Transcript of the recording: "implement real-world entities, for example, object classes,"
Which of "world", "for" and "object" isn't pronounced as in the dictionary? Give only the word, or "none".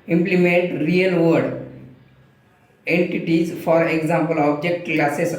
world